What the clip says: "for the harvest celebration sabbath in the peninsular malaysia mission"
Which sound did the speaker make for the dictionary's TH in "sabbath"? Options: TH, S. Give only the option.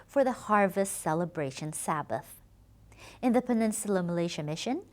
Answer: TH